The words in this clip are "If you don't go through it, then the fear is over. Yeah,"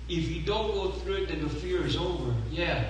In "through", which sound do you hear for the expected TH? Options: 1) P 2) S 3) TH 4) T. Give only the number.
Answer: 3